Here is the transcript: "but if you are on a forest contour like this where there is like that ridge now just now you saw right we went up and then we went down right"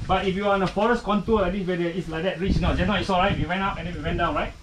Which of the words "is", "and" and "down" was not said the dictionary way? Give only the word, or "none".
is